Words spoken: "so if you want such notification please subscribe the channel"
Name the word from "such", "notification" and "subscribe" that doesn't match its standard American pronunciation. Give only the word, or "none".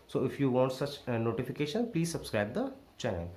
none